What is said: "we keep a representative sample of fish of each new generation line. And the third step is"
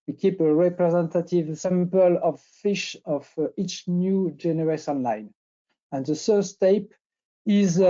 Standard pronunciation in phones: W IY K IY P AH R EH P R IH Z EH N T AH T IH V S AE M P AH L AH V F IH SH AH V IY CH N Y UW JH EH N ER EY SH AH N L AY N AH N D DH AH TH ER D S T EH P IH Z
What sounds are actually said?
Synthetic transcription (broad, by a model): W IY K IY P AH R EH P R IH Z EH N T AH T IH V S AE M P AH L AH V F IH SH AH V IY CH N Y UW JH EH N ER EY S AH N L AY N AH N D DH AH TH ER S T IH P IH Z